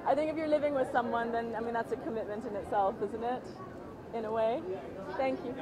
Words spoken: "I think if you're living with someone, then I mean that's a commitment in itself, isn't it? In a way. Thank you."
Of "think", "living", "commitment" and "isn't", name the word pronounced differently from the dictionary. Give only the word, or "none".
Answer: none